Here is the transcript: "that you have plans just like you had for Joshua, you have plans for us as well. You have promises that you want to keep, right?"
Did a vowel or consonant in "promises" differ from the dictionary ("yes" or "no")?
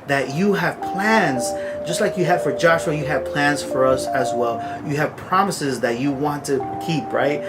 no